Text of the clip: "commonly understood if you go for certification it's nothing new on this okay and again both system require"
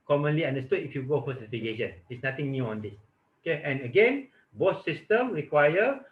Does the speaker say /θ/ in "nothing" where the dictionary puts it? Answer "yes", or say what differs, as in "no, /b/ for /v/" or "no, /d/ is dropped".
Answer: no, /t/ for /θ/